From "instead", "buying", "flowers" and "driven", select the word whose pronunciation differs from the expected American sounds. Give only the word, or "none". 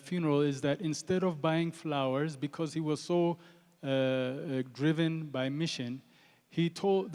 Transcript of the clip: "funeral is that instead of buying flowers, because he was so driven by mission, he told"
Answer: none